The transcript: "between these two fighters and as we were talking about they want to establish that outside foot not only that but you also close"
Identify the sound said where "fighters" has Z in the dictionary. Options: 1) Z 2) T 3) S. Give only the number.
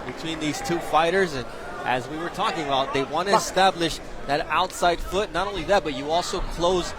1